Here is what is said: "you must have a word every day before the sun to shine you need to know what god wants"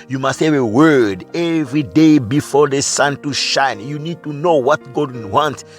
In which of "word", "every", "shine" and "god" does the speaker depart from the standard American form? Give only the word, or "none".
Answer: none